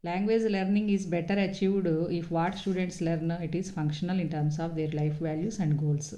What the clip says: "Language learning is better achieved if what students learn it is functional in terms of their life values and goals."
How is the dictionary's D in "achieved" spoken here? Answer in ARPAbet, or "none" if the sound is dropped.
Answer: D